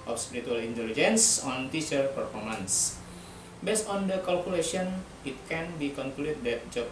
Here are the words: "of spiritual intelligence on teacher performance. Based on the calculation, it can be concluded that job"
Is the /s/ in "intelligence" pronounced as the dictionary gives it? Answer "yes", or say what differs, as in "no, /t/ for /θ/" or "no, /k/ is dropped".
yes